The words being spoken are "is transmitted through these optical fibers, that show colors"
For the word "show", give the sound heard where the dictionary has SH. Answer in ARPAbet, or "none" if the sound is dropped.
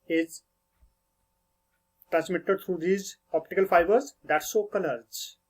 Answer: S